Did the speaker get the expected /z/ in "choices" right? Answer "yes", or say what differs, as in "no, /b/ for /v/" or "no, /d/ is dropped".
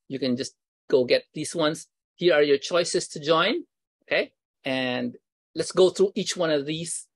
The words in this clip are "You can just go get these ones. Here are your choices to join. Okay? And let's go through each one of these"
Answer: no, /s/ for /z/